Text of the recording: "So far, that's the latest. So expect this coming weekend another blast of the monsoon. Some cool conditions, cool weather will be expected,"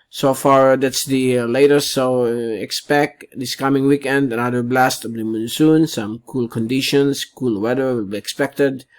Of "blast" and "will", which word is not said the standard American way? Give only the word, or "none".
none